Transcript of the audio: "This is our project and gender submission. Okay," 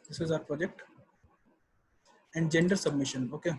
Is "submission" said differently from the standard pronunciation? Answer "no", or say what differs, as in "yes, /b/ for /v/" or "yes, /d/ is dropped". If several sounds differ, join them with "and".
no